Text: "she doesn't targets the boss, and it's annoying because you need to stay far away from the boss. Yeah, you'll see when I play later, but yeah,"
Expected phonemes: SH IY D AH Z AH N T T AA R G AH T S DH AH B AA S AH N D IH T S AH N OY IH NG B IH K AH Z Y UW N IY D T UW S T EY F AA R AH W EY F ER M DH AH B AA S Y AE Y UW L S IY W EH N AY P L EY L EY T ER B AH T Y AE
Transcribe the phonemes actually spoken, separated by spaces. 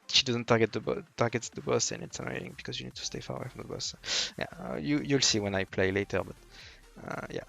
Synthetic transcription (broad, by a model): SH IY D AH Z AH N T T AA R G AH T S DH AH B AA S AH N IH T S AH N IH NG B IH K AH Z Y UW N IY D T UW S T EY F AA R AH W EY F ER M DH AH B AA S Y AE Y UW L S IY W EH N AY P L EY L EY T ER B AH T Y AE